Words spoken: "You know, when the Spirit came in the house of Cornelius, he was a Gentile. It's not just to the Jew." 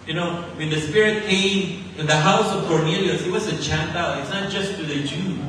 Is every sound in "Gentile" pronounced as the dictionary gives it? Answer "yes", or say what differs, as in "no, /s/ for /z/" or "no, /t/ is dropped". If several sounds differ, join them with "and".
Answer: no, /tʃ/ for /dʒ/